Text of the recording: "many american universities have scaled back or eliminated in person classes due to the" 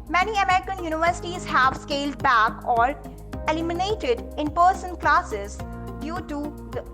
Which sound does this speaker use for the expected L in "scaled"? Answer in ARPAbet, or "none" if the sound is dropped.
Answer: L